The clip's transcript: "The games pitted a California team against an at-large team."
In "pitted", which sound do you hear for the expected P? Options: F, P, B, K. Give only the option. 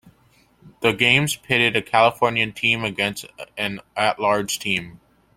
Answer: P